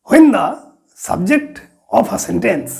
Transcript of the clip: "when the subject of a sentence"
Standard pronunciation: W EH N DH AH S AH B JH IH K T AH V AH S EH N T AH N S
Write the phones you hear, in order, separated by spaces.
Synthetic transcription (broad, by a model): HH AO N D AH S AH B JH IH K T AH P AH S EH N T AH N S